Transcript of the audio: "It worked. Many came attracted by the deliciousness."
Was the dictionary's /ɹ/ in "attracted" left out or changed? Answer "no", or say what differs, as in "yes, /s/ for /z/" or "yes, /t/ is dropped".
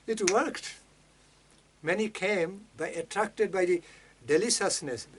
no